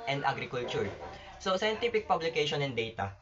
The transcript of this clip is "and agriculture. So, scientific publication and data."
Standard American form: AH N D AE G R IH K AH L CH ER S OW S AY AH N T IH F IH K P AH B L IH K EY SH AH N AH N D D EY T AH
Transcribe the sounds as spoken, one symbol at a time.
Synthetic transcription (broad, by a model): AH N D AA G R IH K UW L CH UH S OW S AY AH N T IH P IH K P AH B L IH K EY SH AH N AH N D D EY T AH